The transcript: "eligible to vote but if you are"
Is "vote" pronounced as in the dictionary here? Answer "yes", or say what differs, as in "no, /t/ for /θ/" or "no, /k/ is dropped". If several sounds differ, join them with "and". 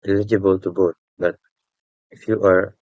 no, /b/ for /v/